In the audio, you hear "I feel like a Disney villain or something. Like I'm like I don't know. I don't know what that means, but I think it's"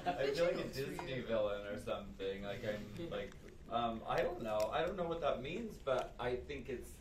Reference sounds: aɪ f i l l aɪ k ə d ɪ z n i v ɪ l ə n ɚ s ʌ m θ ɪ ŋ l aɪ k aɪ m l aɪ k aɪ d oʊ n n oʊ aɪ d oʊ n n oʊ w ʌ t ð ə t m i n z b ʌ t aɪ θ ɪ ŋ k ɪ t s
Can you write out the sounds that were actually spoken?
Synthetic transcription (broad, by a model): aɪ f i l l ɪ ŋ ə d ɪ z n i v ɪ l ə n ɚ s ʌ m θ ɪ ŋ l aɪ k aɪ m l aɪ k aɪ d oʊ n n oʊ aɪ d oʊ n n oʊ w ʌ t ð ə t m i n z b ʌ t aɪ θ ɪ ŋ k ɪ t s